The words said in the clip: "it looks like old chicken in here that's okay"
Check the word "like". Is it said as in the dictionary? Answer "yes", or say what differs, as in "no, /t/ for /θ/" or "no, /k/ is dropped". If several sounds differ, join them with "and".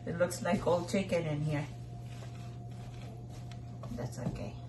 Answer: yes